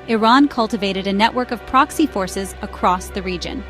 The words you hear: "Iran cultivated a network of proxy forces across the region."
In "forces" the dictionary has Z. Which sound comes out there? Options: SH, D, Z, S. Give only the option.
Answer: Z